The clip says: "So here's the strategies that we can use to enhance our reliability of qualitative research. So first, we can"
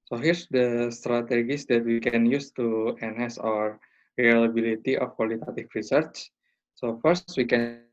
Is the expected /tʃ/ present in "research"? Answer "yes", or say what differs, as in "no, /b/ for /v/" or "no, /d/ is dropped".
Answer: yes